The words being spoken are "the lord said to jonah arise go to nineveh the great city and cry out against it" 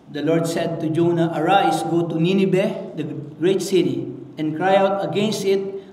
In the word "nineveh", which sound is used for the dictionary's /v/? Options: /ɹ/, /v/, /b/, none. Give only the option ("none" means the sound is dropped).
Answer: /b/